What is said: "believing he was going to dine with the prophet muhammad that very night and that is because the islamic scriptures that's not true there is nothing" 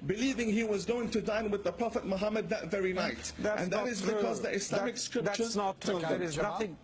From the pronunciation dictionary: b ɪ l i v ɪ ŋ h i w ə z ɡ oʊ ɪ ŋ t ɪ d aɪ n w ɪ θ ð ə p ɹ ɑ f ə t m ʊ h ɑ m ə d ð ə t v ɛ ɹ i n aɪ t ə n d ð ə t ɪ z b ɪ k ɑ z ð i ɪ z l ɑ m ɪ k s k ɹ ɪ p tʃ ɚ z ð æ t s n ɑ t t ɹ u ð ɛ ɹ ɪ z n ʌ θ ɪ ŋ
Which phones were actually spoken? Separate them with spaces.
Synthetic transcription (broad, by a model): b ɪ l i v ɪ ŋ h i w ə z ɡ oʊ ɪ ŋ t ɪ d aɪ n w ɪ ð ə p ɹ ɑ f ə t m ʊ h ɑ m ə d ð ə t v ɛ ɹ i n aɪ t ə n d ð ə t ɪ z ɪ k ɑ z ð i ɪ s l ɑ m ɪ k s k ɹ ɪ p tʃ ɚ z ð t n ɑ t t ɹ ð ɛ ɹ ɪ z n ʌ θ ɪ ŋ